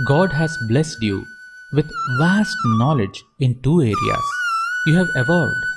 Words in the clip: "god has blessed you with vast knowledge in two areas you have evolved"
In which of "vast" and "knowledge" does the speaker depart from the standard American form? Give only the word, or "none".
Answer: none